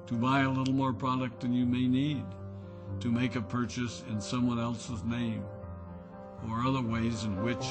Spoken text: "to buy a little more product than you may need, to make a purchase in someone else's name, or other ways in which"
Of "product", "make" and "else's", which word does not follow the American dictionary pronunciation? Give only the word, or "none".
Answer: none